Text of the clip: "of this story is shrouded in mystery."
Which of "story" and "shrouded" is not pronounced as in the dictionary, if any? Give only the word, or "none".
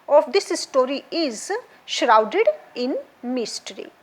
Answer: none